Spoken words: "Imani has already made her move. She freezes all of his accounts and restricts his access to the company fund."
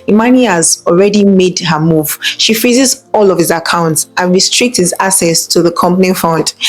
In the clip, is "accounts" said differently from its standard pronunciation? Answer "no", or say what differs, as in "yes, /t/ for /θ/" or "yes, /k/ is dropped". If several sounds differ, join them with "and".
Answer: no